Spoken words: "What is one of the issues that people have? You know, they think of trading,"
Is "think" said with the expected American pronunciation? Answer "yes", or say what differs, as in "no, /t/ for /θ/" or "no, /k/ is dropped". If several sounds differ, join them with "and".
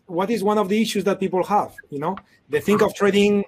yes